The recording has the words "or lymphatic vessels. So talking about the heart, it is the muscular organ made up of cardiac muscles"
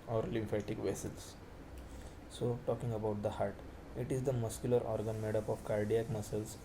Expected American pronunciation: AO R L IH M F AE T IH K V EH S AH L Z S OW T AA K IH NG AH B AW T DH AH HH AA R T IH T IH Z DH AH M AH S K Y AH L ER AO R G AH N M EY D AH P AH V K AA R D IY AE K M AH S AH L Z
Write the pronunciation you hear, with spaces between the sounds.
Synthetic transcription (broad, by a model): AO R L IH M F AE T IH K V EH S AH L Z S OW T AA K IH NG AH B AW T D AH HH AA R T IH T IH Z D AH M AH S K Y AH L ER AO R G AH N M EY D AH P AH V K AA R D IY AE K M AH S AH L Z